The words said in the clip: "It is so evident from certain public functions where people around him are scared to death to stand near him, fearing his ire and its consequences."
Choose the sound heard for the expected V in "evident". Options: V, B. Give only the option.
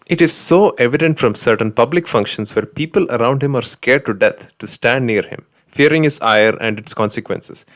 V